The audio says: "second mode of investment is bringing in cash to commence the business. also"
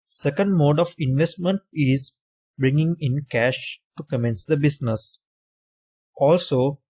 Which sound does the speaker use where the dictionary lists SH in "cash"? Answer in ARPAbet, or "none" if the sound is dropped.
SH